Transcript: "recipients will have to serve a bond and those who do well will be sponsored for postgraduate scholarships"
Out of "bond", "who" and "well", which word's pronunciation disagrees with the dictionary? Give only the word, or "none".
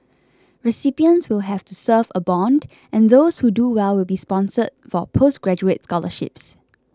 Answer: none